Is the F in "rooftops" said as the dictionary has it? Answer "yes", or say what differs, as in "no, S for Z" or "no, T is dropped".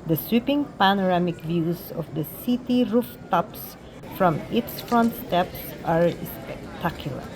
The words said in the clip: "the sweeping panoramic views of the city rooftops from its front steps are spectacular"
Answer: yes